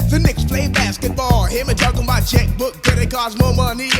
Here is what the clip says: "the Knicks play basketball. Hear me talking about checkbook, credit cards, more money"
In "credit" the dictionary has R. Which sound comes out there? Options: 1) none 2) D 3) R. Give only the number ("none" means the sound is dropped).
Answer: 1